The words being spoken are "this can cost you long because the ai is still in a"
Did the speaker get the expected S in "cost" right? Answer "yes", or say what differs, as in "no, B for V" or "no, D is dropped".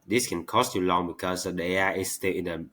yes